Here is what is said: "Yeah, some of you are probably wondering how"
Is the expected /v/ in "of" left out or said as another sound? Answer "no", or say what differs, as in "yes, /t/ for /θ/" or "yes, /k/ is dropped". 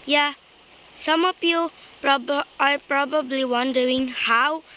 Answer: yes, /p/ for /v/